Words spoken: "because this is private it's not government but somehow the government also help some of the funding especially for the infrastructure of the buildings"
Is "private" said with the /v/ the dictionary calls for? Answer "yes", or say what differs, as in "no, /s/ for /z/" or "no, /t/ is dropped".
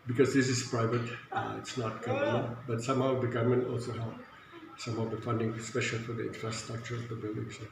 yes